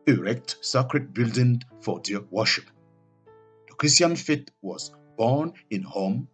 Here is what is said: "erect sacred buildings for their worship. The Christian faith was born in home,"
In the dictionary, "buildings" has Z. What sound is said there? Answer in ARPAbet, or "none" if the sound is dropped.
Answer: none